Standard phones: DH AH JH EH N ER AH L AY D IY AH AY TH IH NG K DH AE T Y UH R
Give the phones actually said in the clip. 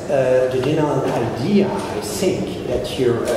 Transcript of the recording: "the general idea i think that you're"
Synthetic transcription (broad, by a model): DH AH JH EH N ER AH N AY D IY AH AY TH IH NG K DH AE T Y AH R